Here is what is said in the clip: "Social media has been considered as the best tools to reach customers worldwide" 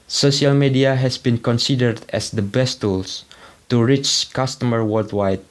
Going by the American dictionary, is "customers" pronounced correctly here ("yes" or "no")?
no